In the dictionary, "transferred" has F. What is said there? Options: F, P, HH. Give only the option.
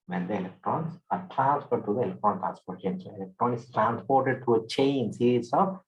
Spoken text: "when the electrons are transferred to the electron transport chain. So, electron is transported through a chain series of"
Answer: P